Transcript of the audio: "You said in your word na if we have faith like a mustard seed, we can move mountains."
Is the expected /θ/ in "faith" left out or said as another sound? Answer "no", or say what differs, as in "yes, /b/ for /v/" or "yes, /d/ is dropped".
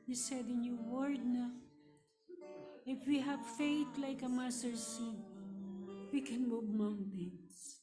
yes, /t/ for /θ/